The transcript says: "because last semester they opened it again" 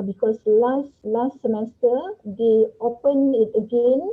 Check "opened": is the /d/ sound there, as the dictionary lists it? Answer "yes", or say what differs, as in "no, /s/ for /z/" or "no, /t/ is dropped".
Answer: no, /d/ is dropped